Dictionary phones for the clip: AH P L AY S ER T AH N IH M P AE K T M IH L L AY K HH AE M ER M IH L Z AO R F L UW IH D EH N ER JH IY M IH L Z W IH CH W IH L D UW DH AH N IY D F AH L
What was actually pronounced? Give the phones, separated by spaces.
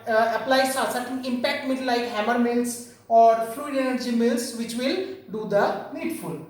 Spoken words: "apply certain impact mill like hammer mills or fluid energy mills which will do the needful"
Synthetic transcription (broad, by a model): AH P L AY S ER S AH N IH M P AE K T M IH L L AY K HH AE M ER M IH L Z AO R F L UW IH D EH N ER JH IY M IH L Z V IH CH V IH L D UW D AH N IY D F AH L